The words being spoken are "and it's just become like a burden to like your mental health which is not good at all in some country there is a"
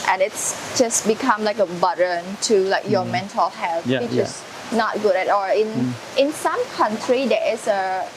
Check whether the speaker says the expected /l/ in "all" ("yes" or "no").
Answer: no